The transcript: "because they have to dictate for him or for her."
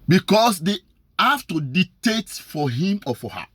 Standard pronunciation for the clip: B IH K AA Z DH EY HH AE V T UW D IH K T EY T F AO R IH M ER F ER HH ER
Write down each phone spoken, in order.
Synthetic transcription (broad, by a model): B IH K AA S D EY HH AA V T UW D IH T EY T F AO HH IH M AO F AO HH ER